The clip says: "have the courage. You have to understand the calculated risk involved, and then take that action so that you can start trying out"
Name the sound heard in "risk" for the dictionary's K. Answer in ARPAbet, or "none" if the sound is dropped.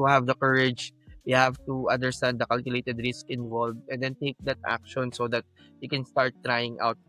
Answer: K